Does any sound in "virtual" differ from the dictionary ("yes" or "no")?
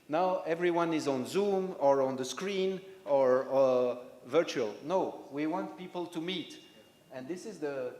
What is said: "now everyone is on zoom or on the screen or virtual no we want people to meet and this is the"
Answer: no